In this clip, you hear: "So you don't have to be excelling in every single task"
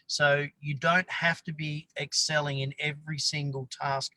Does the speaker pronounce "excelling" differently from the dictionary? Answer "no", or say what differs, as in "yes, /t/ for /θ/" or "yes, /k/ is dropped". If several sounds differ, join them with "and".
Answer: no